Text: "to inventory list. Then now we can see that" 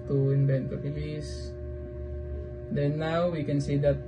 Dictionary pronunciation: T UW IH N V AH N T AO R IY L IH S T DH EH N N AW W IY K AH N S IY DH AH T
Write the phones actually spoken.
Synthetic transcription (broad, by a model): T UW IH N B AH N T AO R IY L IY S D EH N N AW W IY K AH N S IY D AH T